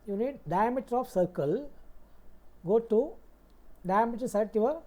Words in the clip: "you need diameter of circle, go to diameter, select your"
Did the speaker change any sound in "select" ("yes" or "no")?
yes